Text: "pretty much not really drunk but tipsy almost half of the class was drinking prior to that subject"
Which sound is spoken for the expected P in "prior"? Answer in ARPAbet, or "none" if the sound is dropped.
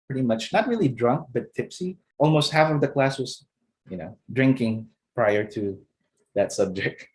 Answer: P